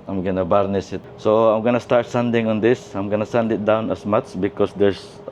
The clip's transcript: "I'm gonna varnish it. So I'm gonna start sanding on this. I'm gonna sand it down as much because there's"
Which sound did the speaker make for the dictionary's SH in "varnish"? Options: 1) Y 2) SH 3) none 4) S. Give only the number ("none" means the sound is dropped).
4